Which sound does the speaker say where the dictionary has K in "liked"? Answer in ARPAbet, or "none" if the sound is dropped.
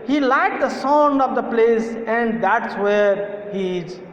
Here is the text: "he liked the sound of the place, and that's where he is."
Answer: none